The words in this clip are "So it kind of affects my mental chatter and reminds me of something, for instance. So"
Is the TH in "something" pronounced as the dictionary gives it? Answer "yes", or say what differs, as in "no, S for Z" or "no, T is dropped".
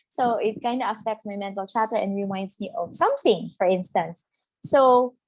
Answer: yes